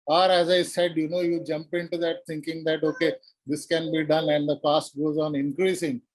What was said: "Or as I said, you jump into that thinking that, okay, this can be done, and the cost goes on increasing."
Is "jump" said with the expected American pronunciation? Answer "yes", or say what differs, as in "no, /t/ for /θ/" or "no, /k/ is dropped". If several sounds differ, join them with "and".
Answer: yes